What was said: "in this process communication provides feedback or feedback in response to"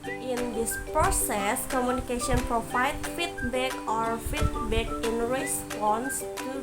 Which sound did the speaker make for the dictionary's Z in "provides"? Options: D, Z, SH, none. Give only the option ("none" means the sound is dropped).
none